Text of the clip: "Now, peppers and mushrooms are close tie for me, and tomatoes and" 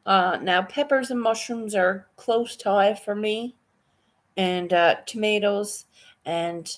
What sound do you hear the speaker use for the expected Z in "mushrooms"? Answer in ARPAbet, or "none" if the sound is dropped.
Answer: Z